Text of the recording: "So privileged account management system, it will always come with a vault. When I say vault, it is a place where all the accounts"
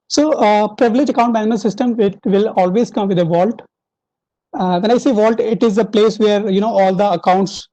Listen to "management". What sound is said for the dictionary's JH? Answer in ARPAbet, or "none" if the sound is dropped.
none